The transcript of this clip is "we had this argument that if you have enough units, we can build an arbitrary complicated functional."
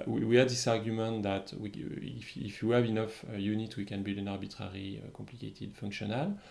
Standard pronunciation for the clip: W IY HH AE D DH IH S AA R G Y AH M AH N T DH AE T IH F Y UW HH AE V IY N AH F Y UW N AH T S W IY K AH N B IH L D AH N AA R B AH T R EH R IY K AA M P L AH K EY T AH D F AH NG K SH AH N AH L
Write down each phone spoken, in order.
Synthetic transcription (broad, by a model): W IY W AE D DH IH S AA R G Y AH M AH N T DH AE T IH F Y UW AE V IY N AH F Y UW N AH T W IY K AH N B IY L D AH N AA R B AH T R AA R IY K AA M P L AH K EY T AH D F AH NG K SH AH N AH L